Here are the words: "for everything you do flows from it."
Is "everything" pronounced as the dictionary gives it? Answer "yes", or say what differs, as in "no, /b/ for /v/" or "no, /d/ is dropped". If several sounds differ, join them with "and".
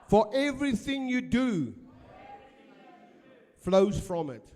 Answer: yes